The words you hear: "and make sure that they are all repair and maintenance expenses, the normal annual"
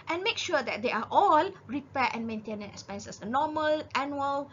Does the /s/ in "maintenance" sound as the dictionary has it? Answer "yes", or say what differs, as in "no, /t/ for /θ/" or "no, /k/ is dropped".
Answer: no, /s/ is dropped